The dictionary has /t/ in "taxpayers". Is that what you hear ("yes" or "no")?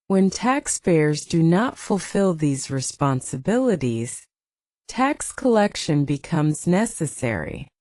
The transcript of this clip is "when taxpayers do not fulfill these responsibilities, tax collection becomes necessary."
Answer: yes